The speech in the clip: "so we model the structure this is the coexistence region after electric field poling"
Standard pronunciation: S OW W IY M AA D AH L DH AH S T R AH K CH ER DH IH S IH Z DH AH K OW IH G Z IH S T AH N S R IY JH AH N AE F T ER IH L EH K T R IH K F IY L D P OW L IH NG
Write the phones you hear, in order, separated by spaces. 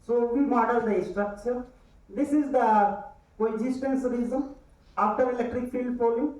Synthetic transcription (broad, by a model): S OW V IY M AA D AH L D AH S T R AH K CH ER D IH S IH Z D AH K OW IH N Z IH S T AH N S R IY Z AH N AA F T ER IH L EH K T R IH K F IY L D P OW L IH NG